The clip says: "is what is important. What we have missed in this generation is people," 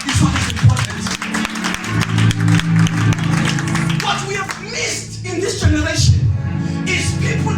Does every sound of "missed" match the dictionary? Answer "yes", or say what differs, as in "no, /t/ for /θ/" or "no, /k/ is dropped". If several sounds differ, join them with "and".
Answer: yes